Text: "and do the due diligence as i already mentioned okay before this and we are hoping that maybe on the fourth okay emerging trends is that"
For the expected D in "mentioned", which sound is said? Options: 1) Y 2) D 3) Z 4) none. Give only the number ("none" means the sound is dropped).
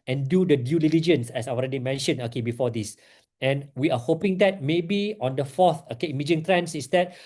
4